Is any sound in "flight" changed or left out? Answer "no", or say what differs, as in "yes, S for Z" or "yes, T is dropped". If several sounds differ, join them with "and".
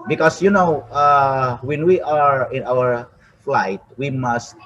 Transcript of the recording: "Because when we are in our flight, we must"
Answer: no